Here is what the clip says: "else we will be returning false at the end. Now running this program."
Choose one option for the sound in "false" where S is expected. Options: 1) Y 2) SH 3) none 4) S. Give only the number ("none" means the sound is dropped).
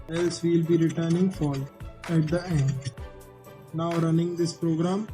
3